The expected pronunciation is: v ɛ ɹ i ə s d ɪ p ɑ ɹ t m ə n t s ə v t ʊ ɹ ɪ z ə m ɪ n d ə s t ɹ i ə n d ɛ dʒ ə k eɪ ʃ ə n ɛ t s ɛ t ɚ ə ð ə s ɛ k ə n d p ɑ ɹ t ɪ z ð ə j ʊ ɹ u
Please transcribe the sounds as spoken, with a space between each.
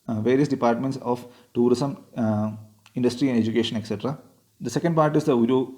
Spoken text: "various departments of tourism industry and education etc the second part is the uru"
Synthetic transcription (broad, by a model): v ɛ ɹ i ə s d ɪ p ɑ ɹ t m ə n t s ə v t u ɹ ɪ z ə m ɪ n d ə s t ɹ i ə n d ɛ dʒ ə k eɪ ʃ ə n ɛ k s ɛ t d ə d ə s ɛ k ə n d p ɑ ɹ t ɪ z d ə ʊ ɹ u